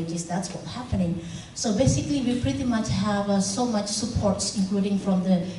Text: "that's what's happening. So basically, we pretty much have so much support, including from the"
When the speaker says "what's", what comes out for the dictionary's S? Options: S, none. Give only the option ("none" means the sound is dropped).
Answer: none